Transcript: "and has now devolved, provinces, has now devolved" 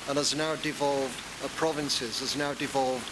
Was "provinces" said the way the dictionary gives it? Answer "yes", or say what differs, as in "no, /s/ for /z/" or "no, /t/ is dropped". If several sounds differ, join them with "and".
yes